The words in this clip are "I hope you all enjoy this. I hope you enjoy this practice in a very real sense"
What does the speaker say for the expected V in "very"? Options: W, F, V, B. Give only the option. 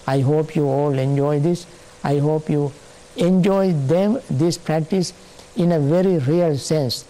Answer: V